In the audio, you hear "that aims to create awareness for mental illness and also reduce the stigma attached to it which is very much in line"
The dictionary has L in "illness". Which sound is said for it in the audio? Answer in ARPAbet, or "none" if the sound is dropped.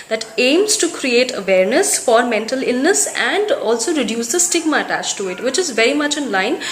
L